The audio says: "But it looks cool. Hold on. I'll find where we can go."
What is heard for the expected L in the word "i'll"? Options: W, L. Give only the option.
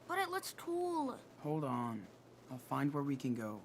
L